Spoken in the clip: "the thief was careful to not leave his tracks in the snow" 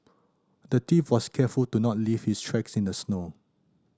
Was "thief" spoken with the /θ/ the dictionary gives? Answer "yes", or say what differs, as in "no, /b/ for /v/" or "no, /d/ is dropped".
no, /t/ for /θ/